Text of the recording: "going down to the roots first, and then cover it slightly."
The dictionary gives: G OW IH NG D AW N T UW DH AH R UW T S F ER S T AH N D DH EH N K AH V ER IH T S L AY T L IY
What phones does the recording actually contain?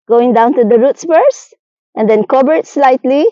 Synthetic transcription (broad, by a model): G OW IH NG D AW N T UW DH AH R UW T S P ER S T AH N D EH N K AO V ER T S L AY T L IY